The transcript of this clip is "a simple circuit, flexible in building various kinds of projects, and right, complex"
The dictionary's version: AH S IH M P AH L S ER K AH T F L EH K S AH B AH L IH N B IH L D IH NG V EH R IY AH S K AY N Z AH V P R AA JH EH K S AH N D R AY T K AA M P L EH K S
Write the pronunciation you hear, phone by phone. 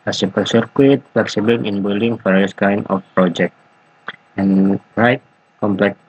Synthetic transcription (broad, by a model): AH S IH P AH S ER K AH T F L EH K S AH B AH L IH N B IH L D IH NG F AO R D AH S K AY N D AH F P R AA JH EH K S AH N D R AY T K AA M P L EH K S